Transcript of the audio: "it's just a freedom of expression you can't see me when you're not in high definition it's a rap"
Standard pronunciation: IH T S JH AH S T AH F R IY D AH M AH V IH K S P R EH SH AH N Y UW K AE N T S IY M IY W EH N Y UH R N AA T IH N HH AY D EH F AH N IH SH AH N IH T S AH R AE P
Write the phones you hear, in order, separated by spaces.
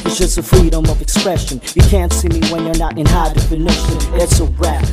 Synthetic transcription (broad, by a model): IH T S JH AH S T AH F R IY D AH M AH V IH K S P R EH SH AH N Y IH K AE N T S IY M IY W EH N Y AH R N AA T IH N HH AY D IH F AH N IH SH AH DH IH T S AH R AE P